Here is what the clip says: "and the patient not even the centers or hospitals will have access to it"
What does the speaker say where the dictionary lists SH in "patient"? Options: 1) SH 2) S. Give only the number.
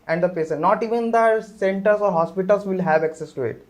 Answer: 2